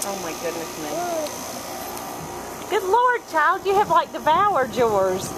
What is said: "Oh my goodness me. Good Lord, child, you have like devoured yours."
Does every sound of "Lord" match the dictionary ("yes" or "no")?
yes